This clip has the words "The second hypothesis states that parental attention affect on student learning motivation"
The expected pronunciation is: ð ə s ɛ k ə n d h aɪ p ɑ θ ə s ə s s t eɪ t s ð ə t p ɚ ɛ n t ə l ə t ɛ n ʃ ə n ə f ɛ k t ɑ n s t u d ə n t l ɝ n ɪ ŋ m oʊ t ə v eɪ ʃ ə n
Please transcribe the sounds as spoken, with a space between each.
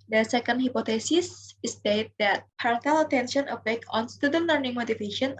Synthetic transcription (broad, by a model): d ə s ɛ k ə n d h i p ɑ t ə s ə s s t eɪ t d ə t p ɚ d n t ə l ə t ɛ n ʃ ə n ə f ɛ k ɑ n s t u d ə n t l ɝ n ɪ ŋ m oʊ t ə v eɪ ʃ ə n